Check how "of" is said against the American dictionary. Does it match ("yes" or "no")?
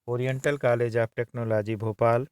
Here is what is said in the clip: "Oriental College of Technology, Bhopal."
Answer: no